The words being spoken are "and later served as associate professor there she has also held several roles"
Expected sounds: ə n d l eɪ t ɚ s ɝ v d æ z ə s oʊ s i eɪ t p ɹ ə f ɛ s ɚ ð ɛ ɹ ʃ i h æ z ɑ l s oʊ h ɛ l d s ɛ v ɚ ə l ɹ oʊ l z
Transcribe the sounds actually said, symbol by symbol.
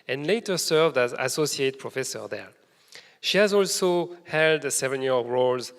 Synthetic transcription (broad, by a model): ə n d l eɪ t ɚ s ɝ v d æ z ə s oʊ s i eɪ t p ɹ ə f ɛ s ɚ ð ɛ ɹ ʃ i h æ z ɑ l s oʊ h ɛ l d s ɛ v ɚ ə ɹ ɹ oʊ l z